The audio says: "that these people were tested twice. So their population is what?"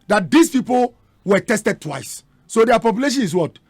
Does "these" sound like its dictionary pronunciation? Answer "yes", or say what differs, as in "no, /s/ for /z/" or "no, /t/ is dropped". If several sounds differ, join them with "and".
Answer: no, /s/ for /z/